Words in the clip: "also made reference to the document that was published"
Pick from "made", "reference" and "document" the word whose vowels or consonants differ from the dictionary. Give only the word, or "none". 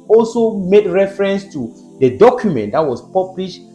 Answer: none